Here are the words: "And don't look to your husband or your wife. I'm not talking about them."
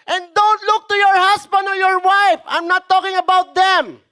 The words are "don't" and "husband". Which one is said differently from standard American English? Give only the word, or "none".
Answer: husband